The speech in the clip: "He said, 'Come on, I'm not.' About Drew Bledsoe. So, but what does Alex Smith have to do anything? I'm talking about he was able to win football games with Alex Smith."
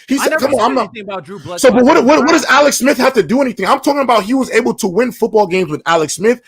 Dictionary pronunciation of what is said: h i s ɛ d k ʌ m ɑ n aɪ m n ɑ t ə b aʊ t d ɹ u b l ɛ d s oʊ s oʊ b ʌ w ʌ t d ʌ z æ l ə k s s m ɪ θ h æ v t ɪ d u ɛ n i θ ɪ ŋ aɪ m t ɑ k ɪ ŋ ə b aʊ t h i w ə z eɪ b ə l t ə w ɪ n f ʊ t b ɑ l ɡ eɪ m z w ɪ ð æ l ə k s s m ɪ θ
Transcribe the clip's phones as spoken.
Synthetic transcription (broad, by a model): h i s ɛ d k ʌ m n aɪ m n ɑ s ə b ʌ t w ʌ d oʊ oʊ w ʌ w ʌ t d ʌ z æ l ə k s s m ɪ θ h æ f t ɪ d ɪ ɛ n i θ ɪ ŋ aɪ m t ɑ k ɪ ŋ ə b aʊ t h i w ə z eɪ b l t ə w ɪ n f ʊ t b ɑ l ɡ eɪ m z w ɪ ð æ l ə k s s m ɪ θ